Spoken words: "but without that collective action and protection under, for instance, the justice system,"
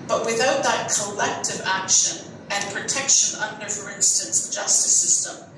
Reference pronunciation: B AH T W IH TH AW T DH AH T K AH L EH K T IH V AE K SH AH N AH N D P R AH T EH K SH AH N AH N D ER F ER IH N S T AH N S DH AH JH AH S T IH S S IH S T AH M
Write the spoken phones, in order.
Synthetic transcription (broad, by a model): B AH T W IH TH AW T DH AH T K AH L EH K T IH V AE K SH AH N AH N P R AH T EH K SH AH N AH N D ER F ER IH N S T AH N S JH AH S T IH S S IH S T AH M